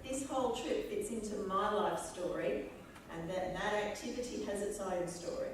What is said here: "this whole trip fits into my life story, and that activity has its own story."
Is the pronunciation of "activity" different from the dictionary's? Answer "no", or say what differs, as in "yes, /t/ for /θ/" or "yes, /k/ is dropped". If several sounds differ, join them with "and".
no